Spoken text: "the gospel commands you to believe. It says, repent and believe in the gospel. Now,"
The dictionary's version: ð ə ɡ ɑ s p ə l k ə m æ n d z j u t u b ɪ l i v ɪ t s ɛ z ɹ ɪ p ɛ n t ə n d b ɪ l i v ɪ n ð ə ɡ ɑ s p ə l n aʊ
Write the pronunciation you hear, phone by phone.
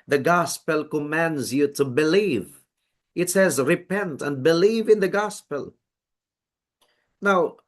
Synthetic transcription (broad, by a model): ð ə ɡ ɑ s p ə l k ə m æ n d z j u t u b ɪ l i v ɪ t s ɛ z ɹ ɪ p ɛ n t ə n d b ɪ l i v ɪ n ð ə ɡ ɑ s p ə l n aʊ